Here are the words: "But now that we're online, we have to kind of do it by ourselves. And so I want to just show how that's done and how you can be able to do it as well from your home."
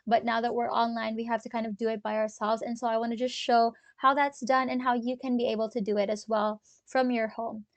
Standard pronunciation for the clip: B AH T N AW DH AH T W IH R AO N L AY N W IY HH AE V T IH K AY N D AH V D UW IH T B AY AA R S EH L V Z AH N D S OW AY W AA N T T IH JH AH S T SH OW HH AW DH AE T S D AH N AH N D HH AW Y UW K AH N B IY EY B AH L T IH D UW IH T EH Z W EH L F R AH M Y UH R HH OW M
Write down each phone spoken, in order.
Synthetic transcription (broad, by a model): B AH T N AW DH AH T W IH R AO N L AY N W IY HH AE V T IH K AY N D AH V D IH IH T B AY AA R S EH L V Z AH N S OW AY W AA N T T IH JH AH S T SH OW HH AW DH AE T S D AH N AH N HH AW Y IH K AH N B IY EY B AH L T IH D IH IH T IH Z W EH L F R AH M Y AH R HH OW M